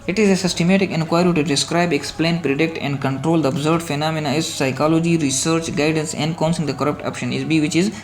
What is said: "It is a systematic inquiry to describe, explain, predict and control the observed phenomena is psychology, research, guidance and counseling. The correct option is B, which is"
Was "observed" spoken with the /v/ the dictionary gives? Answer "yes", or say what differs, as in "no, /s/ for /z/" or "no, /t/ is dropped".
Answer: no, /v/ is dropped